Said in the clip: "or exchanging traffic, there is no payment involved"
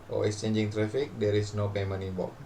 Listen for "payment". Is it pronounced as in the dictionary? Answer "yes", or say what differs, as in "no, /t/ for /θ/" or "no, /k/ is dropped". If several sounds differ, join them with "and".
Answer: no, /t/ is dropped